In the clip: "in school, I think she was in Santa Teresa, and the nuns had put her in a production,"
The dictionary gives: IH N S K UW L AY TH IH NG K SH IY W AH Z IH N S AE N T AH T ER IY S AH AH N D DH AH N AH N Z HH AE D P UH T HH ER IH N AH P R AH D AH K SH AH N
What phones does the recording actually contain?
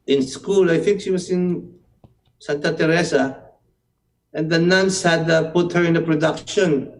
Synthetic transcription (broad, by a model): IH N S K UW L AY TH IH NG K SH IY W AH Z IH N S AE N T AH T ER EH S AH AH N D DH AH N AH N S HH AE D P UH T HH ER IH N AH P R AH D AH K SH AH N